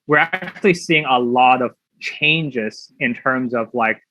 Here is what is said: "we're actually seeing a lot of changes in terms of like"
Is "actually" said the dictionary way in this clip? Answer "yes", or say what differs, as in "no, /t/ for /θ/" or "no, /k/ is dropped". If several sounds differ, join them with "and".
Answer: yes